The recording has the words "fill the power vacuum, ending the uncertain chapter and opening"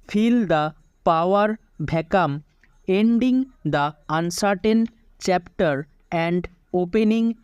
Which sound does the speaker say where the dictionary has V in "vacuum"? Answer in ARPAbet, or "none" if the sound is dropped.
B